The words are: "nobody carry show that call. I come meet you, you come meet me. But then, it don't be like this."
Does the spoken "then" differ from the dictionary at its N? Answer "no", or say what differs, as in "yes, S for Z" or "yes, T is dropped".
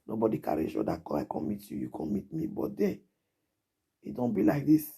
yes, N is dropped